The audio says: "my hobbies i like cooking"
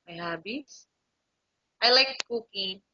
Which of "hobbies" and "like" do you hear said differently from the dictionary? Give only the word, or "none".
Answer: hobbies